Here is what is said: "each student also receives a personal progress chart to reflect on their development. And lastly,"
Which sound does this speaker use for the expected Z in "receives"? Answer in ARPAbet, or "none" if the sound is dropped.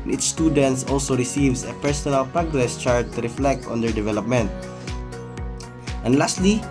S